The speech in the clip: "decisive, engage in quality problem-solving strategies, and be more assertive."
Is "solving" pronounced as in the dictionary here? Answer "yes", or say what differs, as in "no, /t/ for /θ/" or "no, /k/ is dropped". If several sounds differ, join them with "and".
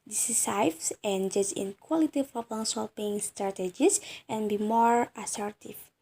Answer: no, /p/ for /v/